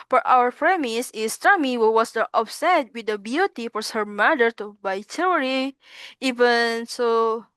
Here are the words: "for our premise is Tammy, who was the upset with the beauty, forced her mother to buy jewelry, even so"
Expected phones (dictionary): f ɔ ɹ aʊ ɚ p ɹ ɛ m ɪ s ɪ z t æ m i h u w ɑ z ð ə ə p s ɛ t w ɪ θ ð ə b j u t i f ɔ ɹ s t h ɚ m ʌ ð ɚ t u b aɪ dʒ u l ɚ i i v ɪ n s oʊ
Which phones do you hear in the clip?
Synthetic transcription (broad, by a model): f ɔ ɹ aʊ ɚ p ɹ ɛ m ɪ s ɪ s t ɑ m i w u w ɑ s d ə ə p s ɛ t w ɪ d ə b j u t i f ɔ ɹ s h ɚ m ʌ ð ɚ t u b aɪ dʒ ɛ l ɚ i i v ɪ n s oʊ